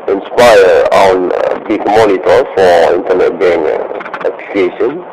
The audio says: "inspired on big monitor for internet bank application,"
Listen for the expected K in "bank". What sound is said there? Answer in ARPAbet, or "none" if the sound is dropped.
none